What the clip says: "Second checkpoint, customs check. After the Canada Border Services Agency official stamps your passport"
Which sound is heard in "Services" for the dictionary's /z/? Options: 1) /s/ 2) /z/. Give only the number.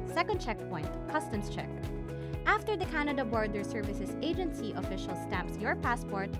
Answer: 1